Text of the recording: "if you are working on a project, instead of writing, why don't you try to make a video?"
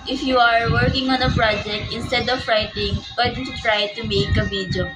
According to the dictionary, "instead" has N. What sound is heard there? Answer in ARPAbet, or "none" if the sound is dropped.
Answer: N